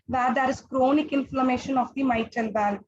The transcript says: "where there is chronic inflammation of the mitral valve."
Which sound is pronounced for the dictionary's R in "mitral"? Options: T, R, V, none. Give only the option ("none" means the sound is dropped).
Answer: none